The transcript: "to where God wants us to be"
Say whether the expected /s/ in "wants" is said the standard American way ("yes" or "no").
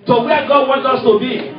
no